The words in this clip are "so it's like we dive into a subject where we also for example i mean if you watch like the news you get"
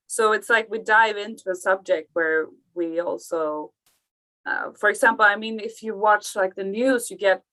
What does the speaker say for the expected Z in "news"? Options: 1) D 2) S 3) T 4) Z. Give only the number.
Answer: 4